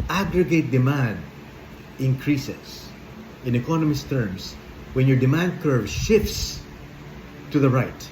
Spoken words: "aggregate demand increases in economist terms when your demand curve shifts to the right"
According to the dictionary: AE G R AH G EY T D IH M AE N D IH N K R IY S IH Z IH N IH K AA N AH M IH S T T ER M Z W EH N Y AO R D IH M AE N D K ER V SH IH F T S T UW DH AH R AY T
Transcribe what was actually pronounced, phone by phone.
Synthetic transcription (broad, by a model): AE G R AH G EY T D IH M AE N D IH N K R IY S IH S IH N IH K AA N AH M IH S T T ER M S W EH N Y AO R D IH M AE N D K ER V SH IH F T S T UW DH AH R AY T